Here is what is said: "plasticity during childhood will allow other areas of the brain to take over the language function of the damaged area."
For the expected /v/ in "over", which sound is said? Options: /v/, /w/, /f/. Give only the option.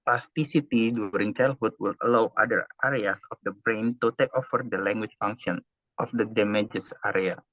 /f/